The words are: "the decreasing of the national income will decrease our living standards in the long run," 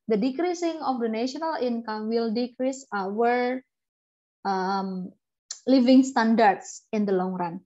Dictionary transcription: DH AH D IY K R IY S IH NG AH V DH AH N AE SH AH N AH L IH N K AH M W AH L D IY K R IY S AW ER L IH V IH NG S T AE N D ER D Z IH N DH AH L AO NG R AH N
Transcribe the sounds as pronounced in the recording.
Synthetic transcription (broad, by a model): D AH D IY K R IY S IH NG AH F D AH N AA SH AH N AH L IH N K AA M W AH L D IY K R IY S AW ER L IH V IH NG S T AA N D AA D S IH N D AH L AO NG R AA N